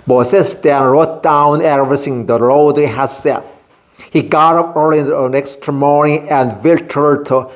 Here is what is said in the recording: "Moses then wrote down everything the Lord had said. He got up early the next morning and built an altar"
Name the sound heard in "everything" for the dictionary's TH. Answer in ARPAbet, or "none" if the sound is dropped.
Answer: S